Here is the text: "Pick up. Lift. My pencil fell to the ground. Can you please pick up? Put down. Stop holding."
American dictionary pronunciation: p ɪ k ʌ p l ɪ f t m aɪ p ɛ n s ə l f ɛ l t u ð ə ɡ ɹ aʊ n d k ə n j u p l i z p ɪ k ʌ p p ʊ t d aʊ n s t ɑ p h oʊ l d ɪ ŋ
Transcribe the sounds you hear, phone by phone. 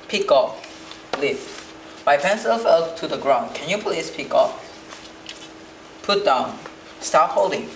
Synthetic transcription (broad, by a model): p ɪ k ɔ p l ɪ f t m aɪ p ɛ n s ə l f ɛ l t u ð ə ɡ ɹ aʊ n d k ə n j u p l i s p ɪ k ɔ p p ʊ t d aʊ n s t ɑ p h oʊ l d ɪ ŋ